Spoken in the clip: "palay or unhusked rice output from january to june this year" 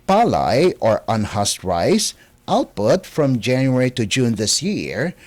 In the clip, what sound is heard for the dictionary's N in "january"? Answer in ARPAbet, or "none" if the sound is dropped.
N